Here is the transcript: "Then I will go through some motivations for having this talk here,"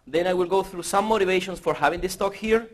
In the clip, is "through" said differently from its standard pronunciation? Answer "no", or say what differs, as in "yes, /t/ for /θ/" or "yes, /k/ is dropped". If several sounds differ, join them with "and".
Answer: no